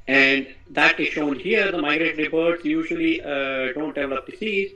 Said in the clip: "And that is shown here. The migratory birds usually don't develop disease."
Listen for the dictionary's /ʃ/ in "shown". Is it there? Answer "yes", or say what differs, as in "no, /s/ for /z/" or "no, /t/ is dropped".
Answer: yes